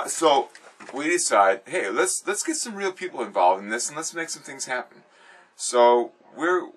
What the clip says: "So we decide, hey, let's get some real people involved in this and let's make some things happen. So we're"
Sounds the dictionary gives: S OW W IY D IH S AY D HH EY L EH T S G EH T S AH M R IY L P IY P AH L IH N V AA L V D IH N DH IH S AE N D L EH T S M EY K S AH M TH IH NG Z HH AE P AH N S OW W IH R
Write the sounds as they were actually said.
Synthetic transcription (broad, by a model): S OW W IY D IH S AY D HH EY L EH T S G EH T S AH M R IY L P IY P L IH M V AA L V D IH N DH IH S N L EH T S M EY K S AH M TH IH NG Z HH AE P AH N S OW W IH R